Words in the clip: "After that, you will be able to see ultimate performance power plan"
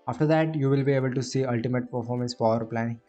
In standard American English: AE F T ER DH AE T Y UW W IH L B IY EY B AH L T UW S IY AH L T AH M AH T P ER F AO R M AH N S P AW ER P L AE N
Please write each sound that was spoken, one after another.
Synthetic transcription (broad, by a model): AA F T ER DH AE T Y UW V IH L B IY EY B AH L T UW S IY AH L T AH M AH T P ER F AO R M AH N S F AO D P L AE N